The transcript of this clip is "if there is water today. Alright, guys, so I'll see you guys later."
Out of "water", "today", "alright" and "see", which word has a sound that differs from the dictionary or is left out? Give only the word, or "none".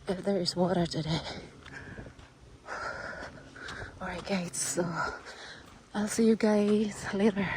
alright